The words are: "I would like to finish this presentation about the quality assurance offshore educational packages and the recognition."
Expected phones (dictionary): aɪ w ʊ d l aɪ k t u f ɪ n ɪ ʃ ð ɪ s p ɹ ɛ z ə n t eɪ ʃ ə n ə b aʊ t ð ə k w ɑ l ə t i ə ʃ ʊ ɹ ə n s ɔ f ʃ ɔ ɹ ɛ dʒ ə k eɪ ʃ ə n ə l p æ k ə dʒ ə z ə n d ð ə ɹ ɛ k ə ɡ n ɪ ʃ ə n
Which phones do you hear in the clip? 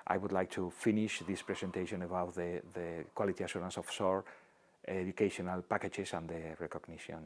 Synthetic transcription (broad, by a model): aɪ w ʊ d l aɪ k t u f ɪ n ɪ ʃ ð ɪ s p ɹ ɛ s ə n t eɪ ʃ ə n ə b aʊ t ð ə k w ɑ l ə t i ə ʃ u ɹ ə n s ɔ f s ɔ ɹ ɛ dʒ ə k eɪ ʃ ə n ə l p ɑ k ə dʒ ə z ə n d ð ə ɹ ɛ k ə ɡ n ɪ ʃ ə n